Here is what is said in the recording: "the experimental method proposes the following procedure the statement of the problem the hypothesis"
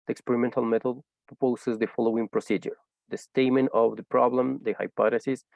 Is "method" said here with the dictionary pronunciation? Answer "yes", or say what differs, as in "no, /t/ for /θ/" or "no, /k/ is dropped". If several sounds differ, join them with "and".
no, /t/ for /θ/